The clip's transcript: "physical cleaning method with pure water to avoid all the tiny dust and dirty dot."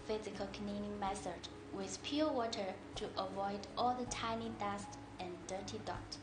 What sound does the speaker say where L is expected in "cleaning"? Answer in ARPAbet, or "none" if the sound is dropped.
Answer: N